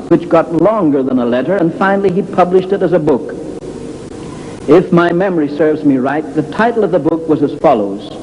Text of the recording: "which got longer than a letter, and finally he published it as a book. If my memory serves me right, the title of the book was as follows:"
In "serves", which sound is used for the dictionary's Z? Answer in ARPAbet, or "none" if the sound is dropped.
Z